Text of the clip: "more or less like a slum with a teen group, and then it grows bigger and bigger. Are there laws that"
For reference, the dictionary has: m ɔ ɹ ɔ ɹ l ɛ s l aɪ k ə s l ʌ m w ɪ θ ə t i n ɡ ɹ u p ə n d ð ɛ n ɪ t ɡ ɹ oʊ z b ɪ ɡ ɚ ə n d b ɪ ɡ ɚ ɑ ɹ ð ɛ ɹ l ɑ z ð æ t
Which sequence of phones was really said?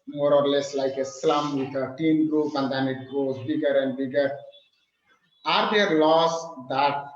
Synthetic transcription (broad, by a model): m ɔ ɹ ɔ ɹ l ɛ s l aɪ k ə s l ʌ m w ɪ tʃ ə t i n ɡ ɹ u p ə n d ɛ n ɪ t ɡ oʊ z b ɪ ɡ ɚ ə n d b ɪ ɡ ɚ ɑ ɹ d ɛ ɹ l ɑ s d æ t